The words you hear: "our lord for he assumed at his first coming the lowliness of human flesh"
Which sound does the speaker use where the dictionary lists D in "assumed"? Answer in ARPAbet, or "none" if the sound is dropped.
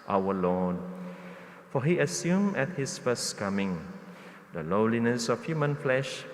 none